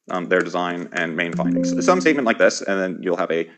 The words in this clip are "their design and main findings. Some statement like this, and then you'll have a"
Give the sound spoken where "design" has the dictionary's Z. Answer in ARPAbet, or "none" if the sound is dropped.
Z